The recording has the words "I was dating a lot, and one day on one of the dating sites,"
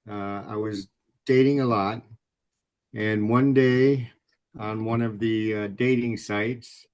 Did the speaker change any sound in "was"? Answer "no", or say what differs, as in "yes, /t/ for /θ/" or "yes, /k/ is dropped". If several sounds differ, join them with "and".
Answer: no